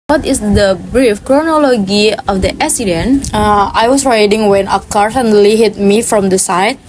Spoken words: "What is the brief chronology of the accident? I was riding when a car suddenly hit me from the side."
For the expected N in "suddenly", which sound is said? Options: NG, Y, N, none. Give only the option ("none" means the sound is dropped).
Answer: none